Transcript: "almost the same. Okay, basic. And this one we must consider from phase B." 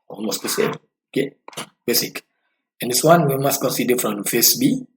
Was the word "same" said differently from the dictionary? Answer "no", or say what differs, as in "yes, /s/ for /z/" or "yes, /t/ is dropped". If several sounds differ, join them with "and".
yes, /m/ is dropped